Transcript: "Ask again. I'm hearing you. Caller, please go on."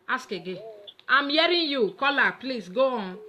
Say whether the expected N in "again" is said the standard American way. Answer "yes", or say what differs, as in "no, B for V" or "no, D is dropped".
no, N is dropped